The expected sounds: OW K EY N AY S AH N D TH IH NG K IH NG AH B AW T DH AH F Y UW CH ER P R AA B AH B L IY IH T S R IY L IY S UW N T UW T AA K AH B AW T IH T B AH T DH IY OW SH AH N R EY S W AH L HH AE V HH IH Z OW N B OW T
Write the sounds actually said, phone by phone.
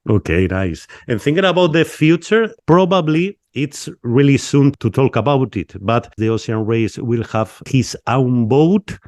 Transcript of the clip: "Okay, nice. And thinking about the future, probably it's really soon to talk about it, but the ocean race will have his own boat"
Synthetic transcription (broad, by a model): OW K EY N AY S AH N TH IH NG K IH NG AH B AW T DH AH F Y UW CH ER P R AA B AH B L IY IH T S R IY L IY S UW N T UW T AA K AH B AW T IH T B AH T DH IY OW S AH N R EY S W AH L HH AE V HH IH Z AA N B OW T